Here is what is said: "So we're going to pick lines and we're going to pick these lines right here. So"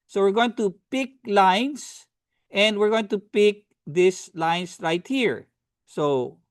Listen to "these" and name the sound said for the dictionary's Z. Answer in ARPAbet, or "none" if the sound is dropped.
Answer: S